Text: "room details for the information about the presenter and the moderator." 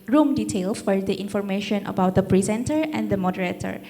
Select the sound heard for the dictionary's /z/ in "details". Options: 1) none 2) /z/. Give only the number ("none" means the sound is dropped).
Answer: 1